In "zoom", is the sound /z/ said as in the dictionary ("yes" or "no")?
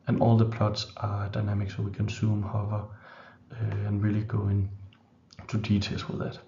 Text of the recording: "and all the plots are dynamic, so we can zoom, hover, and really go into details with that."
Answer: no